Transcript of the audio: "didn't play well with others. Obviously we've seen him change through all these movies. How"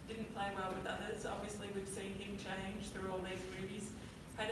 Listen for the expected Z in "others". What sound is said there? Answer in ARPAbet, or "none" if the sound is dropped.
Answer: Z